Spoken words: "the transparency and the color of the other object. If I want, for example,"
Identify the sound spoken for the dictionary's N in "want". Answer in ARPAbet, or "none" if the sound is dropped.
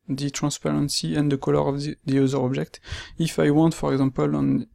N